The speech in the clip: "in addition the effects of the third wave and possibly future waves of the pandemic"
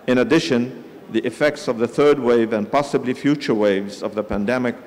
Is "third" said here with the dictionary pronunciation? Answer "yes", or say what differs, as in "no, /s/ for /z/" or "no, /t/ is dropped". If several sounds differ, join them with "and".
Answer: yes